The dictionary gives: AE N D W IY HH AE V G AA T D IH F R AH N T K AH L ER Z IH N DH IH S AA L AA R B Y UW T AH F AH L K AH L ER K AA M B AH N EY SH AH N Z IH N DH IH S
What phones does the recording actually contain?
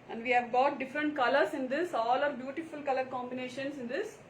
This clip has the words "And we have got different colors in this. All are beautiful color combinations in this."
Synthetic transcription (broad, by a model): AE N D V IY HH AE V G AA T D IH F R AH N T K AH L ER S IH N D IH S AA L AA R B Y UW T AH F AH L K AH L ER K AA M B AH N EY SH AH N S IH N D IH S